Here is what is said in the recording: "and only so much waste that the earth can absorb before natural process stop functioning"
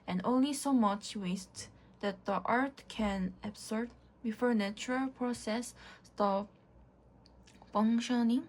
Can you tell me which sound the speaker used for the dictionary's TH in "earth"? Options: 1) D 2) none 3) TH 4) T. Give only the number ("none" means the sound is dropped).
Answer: 4